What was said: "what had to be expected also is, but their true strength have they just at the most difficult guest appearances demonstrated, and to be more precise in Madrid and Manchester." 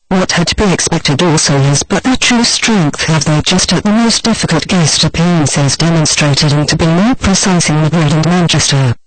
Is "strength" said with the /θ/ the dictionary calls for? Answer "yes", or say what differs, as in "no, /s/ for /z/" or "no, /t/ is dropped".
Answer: yes